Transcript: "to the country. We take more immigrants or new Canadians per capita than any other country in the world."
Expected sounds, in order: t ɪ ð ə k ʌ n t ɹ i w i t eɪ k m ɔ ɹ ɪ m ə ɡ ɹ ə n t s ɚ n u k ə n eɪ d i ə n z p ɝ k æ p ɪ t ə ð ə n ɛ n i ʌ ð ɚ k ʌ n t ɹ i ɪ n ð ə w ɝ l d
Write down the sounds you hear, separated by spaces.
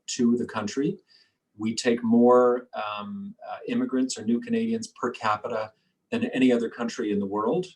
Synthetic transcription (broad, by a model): t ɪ ð ə k ʌ n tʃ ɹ i w i t eɪ k m ɔ ɹ ɪ m ə ɡ ɹ ə n t s ɚ n u k ə n eɪ d i ə n z p ɝ k æ p ɪ t ə ð ə n ɛ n i ʌ ð ɚ k ʌ n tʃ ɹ i ɪ n ð ə w ɝ l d